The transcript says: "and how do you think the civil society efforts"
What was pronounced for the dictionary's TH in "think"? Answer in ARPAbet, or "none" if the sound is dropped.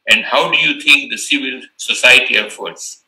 T